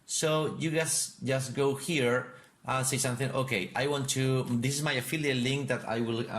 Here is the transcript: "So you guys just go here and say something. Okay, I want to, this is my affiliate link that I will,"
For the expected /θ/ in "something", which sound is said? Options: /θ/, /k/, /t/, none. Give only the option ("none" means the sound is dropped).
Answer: /θ/